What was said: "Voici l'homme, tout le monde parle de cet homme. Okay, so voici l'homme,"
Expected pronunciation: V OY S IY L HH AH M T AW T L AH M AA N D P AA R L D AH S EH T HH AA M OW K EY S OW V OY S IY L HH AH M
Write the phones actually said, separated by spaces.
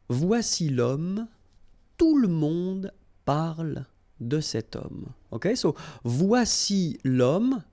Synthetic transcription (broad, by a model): V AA S IY L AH M T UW L AH M AA D P AA R L D AH S EH T AA M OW K EY S OW V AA S IY L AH M